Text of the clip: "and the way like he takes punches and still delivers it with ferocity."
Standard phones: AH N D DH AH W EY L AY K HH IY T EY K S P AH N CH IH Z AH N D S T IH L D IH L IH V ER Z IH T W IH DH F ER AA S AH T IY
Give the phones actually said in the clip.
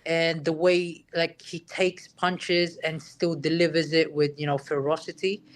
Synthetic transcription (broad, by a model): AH N DH AH W EY L AY K HH IY T EY K S P AH N CH IH Z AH N S T IH L D IH L IH V ER Z IH T W IH DH F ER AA S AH T IY